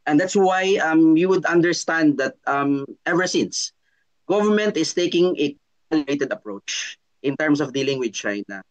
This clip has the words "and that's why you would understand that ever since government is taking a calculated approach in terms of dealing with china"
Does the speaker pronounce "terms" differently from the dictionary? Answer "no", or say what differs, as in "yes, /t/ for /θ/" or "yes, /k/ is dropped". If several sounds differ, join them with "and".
yes, /s/ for /z/